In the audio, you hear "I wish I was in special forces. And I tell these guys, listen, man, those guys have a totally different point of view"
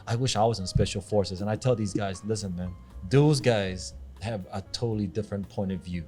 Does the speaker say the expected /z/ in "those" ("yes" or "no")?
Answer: yes